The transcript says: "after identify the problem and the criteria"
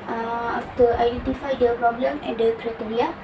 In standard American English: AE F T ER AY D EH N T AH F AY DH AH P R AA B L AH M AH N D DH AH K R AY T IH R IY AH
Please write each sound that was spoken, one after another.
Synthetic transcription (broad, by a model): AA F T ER AY D EH N T AH F AY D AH P R AA B L AH M AH N D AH K R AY T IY R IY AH